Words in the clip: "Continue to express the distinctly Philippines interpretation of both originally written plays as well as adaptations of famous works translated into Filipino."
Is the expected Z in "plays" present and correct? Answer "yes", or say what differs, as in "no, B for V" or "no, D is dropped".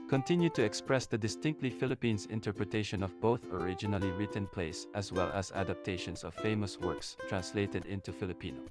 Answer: no, S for Z